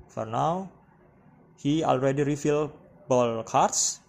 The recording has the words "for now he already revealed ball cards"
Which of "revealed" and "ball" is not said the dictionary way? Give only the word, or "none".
revealed